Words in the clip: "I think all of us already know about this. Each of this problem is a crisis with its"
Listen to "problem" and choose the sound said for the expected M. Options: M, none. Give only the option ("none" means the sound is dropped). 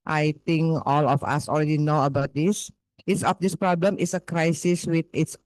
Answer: M